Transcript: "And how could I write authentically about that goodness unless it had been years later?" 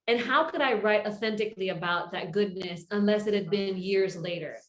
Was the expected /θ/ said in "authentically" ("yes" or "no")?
yes